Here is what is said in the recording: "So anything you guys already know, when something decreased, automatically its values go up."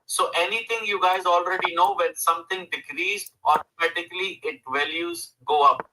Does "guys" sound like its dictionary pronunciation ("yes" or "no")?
yes